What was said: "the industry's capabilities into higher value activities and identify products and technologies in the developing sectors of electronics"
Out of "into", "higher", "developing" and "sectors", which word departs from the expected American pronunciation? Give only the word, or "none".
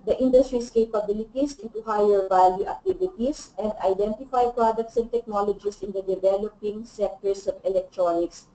sectors